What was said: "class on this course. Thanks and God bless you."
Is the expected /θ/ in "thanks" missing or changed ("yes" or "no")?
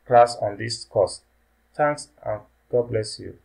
yes